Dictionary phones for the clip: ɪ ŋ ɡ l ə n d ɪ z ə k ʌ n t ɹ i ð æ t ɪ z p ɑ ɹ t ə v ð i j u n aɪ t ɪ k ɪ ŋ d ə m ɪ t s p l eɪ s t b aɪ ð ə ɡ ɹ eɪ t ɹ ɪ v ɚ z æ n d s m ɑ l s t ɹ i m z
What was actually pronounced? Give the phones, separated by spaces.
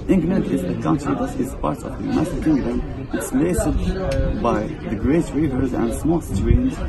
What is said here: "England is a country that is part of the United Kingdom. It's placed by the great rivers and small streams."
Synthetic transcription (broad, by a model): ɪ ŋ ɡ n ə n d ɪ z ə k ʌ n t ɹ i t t ɪ z p ɑ ɹ t ə v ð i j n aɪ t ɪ k ɪ ŋ d ə m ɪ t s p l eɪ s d b aɪ ð ə ɡ ɹ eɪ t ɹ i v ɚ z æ n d s m ɑ l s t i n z